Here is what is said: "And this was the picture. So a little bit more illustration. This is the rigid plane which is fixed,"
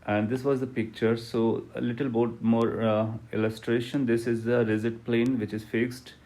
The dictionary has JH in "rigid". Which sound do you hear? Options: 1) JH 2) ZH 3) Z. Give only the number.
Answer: 3